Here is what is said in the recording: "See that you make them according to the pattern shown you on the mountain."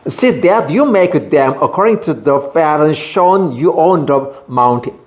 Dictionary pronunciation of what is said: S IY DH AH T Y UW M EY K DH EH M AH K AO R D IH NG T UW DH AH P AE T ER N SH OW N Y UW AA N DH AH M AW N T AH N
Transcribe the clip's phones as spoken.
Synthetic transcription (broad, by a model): S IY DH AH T Y UW M EY K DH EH M AH K AO R D IH NG T UW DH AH F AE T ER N SH OW N Y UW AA N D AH M AW N T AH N